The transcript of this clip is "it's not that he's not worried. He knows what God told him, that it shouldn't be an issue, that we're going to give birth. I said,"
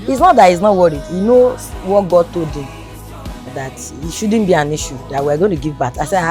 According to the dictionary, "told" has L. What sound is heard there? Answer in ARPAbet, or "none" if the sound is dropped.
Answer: none